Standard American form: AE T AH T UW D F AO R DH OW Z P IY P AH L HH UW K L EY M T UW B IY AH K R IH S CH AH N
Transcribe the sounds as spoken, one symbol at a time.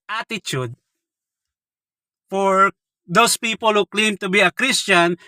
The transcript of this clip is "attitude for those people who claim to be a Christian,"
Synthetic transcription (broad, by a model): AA T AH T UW D F AO R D OW S P IY P AH L HH UW K L EY M T UW B IY AH K R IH S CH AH N